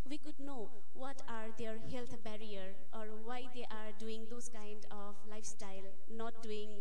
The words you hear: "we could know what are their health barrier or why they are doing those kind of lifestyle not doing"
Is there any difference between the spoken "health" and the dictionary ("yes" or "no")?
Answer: yes